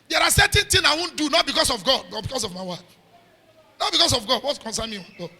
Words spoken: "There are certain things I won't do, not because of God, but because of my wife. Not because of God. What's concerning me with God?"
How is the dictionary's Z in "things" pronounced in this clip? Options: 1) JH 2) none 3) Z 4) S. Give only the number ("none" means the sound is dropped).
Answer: 2